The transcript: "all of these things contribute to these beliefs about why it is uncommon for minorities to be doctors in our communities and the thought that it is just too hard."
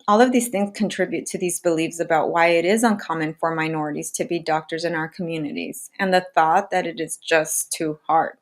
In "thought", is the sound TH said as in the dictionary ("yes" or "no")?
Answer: yes